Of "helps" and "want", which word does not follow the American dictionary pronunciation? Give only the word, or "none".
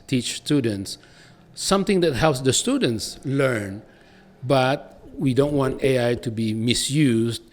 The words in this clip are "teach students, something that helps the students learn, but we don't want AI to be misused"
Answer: none